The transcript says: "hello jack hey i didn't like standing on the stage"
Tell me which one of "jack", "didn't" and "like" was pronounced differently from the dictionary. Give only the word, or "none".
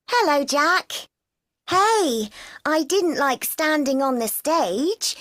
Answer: none